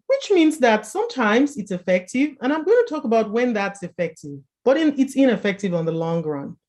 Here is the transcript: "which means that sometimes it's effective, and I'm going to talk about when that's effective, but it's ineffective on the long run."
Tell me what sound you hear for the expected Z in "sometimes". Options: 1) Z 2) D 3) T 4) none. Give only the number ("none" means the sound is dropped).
1